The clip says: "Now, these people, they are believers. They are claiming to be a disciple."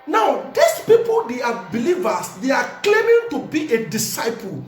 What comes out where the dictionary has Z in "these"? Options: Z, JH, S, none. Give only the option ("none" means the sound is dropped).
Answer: S